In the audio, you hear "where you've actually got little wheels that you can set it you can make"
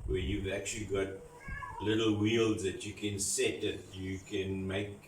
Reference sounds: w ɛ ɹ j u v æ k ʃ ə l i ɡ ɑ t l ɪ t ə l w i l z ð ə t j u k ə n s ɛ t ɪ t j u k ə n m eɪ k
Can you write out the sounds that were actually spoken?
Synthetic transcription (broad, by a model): w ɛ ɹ j u v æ k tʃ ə l i ɡ ɑ t l ɪ t ə l w i l z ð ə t j u k ə n s ɛ t ɪ t j u k ə n m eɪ k